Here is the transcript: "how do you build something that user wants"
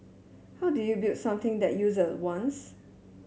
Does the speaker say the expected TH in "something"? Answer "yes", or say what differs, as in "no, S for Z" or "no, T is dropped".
no, T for TH